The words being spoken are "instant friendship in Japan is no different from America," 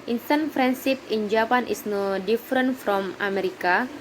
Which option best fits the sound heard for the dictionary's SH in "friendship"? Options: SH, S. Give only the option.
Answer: S